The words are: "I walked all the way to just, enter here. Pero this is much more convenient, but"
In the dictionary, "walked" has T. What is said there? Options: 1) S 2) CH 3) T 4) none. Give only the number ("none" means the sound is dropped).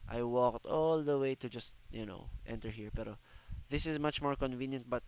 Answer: 3